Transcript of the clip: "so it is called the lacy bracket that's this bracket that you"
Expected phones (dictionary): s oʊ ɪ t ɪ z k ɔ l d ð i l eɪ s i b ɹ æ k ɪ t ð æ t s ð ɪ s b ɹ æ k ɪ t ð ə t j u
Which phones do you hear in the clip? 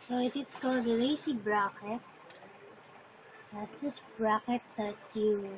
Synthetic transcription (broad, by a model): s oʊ ɪ t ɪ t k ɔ d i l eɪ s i b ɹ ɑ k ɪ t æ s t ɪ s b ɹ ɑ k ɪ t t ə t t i